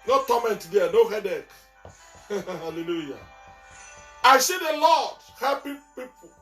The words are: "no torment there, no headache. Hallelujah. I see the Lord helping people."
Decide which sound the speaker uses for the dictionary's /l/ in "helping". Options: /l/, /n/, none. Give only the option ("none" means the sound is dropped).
none